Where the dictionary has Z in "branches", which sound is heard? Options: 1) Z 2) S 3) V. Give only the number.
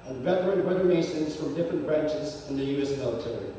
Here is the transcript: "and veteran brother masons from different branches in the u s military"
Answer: 1